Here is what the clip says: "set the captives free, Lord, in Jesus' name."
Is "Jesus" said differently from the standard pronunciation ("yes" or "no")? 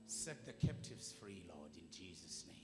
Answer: no